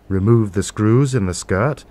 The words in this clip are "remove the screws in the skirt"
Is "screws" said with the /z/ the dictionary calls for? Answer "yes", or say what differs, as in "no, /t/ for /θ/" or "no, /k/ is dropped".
yes